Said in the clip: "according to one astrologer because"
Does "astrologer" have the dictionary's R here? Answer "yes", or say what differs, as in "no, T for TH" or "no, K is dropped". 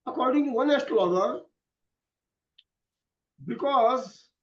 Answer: no, L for R